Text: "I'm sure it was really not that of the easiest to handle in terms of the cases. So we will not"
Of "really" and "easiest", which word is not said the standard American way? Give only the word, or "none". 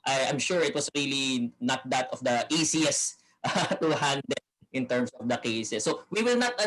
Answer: easiest